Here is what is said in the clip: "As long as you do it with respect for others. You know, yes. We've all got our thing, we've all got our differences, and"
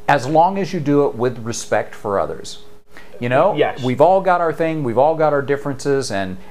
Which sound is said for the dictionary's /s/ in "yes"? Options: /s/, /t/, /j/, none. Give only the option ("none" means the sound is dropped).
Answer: none